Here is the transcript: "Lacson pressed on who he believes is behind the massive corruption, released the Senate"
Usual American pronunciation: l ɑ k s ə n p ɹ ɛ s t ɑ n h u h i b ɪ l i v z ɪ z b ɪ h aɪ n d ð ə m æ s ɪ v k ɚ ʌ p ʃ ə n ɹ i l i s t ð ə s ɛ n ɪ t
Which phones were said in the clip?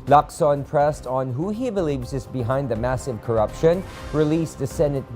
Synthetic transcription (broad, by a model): l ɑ k s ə n p ɹ ɛ s t n h u h i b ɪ l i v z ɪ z b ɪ h aɪ n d ð ə m æ s ɪ v k ɚ ʌ p ʃ ə n ɹ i l i s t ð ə s ɛ n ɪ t